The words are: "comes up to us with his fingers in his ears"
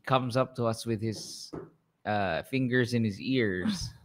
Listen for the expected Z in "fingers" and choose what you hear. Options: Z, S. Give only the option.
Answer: Z